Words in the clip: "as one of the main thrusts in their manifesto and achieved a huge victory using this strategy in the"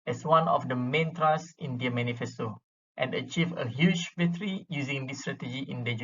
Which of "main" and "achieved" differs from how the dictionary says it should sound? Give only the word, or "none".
achieved